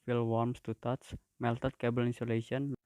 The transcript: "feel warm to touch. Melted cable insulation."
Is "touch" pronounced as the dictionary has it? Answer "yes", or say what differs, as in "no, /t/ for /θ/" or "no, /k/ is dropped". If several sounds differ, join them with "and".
no, /s/ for /tʃ/